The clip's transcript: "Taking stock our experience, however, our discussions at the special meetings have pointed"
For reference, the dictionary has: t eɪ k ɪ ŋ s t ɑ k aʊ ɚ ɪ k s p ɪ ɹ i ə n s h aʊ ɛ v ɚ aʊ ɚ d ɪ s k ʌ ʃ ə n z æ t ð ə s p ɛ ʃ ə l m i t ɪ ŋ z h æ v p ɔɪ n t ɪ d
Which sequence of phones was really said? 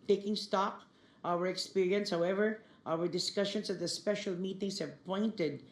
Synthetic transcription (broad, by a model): t eɪ k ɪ ŋ s t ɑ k aʊ ɚ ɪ k s p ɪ ɹ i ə n s h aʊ ɛ v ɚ aʊ ɚ d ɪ s k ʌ ʃ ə n s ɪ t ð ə s p ɛ ʃ ə l m i t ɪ ŋ s h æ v p ɔɪ n t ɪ d